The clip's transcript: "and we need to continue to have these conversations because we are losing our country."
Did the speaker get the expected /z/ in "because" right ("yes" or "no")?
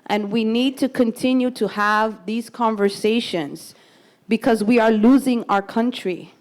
yes